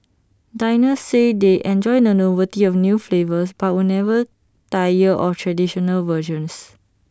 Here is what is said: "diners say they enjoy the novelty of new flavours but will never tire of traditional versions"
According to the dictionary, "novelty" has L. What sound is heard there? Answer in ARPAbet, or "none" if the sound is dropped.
none